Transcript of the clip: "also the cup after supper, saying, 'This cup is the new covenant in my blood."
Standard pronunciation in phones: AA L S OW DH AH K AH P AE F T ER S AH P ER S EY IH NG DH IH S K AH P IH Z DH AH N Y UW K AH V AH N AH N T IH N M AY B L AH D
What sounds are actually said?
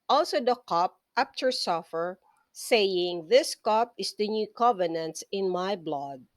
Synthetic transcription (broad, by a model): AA L S OW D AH K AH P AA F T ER S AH F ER S EY IH NG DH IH S K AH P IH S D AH N Y UW K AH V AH N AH N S IH N M AY B L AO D